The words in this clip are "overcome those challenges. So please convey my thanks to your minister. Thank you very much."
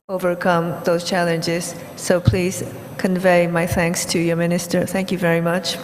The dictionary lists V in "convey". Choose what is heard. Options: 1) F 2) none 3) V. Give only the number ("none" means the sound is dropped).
3